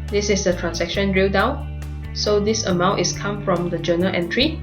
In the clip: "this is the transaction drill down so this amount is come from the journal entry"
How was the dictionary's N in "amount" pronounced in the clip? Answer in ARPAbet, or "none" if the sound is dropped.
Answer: N